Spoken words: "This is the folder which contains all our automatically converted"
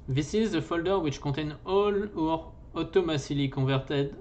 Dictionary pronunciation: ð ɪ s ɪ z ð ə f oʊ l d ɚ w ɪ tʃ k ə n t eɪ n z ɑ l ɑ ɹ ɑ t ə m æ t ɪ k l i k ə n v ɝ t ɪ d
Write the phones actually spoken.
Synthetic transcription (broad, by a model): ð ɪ s ɪ z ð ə f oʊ l d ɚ w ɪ tʃ k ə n t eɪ n ɑ l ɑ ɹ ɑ t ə m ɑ s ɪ l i k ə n v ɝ t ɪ d